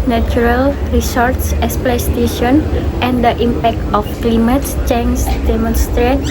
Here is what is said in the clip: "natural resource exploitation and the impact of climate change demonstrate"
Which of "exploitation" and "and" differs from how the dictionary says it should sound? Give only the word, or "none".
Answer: exploitation